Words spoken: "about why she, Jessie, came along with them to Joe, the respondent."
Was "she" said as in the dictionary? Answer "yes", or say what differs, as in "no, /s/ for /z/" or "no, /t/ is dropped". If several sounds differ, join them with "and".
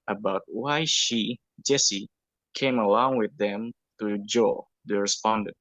yes